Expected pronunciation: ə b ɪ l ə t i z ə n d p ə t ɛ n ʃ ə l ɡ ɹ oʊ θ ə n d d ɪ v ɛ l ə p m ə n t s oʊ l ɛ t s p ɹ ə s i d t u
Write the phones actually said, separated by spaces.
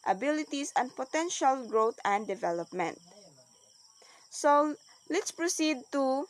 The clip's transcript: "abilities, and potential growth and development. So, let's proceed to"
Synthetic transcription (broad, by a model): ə b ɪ l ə t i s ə n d p ə t ɛ n ʃ ə l ɡ ɹ oʊ t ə n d d ɪ v ɛ l ə p m ə n t s oʊ l ɛ t s p ɹ ə s i d t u